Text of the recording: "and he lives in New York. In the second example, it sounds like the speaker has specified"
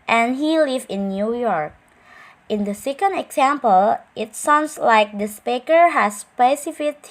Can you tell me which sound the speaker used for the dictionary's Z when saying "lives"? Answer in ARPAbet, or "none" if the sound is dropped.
none